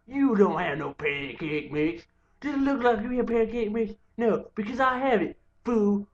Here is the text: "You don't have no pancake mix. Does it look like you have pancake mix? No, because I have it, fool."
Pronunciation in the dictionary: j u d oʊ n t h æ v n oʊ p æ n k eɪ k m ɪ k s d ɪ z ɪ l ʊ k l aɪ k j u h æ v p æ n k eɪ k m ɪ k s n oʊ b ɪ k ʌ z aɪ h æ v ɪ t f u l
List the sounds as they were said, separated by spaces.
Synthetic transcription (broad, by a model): j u d oʊ n t h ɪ v n oʊ p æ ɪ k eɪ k m ɪ k s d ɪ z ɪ l ʊ k l aɪ k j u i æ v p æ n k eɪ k m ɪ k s n oʊ b ɪ k ʌ z aɪ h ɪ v ɪ t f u